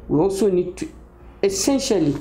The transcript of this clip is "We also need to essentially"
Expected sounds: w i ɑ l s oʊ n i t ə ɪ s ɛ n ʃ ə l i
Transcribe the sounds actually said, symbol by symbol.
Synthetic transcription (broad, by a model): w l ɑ s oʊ n i t ə s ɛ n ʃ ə l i